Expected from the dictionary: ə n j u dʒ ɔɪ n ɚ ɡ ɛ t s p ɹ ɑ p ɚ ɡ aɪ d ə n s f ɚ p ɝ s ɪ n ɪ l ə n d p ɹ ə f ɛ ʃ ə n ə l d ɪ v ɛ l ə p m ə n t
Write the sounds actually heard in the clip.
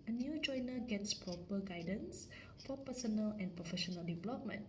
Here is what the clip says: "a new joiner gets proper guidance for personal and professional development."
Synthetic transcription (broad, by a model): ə n j u dʒ ɔɪ n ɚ ɡ ɛ t s p ɹ ɑ p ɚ ɡ aɪ d ə n s f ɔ p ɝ s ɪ n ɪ l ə n p ɹ ə f ɛ ʃ ə n ə l d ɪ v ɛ l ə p m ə n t